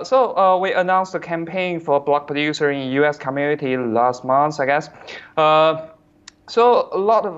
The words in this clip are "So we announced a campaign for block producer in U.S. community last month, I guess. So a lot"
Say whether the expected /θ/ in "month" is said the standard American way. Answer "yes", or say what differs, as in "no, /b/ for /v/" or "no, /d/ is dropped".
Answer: no, /s/ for /θ/